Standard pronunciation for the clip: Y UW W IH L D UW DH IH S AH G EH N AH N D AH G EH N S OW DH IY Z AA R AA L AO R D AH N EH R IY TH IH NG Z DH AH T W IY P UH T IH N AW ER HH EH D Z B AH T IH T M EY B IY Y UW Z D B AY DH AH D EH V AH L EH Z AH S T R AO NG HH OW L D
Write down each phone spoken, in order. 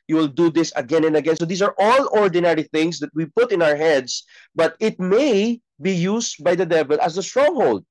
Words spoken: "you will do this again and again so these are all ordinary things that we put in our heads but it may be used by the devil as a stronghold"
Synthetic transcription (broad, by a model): Y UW W IH L D UW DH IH S AH G EH N AH N D AH G EH N S OW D IY S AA R AA L AO R D AH N EH R IY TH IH NG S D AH T W IY P UH T IH N AW ER HH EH D S B AH T IH T M EY B IY Y UW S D B AY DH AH D EH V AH L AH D AH S T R AO NG HH OW L D